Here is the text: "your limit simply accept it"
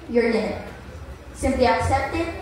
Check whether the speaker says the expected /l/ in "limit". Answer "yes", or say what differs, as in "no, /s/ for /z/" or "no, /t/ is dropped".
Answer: no, /n/ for /l/